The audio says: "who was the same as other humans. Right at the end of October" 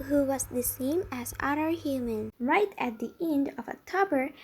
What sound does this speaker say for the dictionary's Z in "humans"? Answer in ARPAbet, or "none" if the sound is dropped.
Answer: none